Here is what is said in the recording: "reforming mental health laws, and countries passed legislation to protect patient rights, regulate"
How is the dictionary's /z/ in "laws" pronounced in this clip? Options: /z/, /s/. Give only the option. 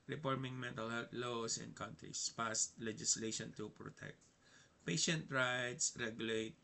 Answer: /s/